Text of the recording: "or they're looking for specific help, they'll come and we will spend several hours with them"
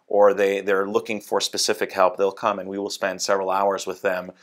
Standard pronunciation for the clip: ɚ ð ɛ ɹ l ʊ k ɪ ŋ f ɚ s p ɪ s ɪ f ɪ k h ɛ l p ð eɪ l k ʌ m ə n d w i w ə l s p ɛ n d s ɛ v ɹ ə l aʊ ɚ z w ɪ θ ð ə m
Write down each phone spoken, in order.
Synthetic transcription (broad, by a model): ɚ ð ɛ ɹ l ʊ k ɪ ŋ f ɚ s p ɪ s ɪ f ɪ k h ɛ l p ð eɪ l k ʌ m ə n w i w ə l s p ɛ n d s ɛ v ɹ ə l aʊ ɚ z w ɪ ð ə m